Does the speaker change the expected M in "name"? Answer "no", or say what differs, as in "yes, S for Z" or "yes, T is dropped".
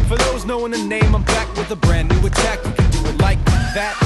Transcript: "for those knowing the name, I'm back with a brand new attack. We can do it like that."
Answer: no